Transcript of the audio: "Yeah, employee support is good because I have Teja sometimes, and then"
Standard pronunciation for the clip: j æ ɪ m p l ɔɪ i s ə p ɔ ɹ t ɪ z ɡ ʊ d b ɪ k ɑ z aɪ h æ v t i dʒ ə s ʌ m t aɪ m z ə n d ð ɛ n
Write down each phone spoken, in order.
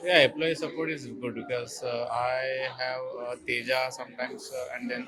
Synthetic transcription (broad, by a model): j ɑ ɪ p l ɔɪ s ə p ɔ ɹ t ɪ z ɡ ʊ d b ɪ k ɑ z aɪ h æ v t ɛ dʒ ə s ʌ m t aɪ m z ə n d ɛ n